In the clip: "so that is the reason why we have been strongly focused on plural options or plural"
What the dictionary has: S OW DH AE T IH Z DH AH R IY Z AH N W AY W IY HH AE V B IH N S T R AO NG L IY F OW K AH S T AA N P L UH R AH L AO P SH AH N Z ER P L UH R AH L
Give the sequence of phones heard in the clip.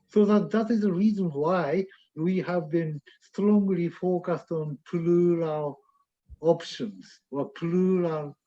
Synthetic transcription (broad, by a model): S OW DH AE T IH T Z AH R IY Z AH N W AY W IY HH AE V B IH N S T R AO NG L IY F OW K AH S T AA N P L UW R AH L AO P SH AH N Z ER P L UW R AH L